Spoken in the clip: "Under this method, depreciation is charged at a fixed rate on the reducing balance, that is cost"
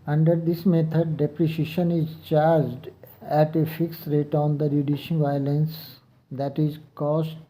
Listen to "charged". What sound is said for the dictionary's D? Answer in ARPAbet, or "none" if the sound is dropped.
D